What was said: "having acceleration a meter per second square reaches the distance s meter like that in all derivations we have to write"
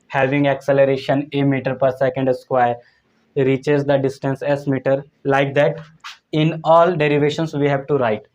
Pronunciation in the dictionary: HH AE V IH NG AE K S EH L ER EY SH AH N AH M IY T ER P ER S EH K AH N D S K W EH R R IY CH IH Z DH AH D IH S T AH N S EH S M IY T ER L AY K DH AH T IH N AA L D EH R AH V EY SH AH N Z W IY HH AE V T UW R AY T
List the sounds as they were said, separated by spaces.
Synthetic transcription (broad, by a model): HH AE V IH NG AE K S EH L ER EY SH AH N AH M IY T ER P ER S EH K AH N D S K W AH R R IY CH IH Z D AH D IH S T AH N S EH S M IY T ER L AY K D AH T IH N AA L D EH R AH V EY SH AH N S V IY HH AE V T UW R AY T